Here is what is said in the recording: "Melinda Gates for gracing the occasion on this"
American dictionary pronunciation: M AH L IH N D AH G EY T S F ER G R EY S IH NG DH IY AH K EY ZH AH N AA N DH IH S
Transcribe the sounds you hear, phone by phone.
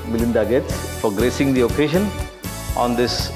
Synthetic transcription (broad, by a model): M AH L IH N D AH G EY T S P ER G R EY S IH NG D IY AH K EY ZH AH N AA N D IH S